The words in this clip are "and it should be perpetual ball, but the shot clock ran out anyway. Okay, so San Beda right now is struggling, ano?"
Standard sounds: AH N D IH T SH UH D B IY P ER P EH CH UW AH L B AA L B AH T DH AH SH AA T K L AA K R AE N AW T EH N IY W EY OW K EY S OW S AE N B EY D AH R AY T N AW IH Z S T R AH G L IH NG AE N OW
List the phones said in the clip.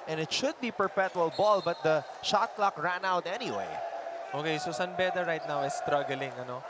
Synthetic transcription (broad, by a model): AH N IH T SH UH D B IY P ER P EH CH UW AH L B AA L B AH T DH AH SH AA T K L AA K R AE N AW T EH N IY W EY OW K EY S OW S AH N B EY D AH R AY T N AW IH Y S T R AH G L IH NG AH N OW